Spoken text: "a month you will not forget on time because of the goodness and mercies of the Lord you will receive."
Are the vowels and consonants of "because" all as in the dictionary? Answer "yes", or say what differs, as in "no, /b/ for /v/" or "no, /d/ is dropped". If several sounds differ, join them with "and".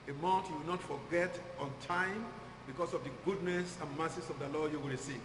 no, /s/ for /z/